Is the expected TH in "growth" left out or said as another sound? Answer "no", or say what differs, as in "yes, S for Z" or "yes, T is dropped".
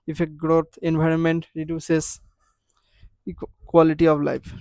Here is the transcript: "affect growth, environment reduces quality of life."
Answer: yes, T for TH